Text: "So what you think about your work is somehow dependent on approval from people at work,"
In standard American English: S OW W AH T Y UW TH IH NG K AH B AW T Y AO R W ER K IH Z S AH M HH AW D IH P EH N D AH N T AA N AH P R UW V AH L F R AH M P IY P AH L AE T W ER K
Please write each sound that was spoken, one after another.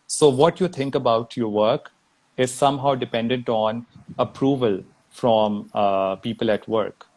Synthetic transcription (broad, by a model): S OW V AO T Y UW T IH NG K AH B AW T Y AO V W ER K IH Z S AH M HH AW D IH P EH N D AH N T AA N AH P R UW V AH L F R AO M P IY P AH L AE T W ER K